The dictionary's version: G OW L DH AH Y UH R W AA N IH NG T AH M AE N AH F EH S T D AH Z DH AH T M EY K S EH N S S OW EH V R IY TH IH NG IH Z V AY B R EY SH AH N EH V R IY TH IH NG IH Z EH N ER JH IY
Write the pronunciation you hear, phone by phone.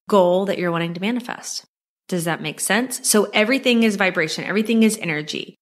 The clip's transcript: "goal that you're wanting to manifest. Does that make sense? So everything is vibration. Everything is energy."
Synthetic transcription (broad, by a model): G OW L DH AH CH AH R W AA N IH NG T AH M AE N AH F EH S T D AH Z DH AH T M EY K S EH N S S OW EH V R IY TH IH NG IH Z V AY B R EY SH AH N EH V R IY TH IH NG IH Z EH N ER JH IY